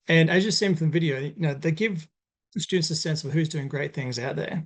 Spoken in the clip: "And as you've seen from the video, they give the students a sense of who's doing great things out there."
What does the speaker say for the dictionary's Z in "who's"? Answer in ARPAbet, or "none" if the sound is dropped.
Z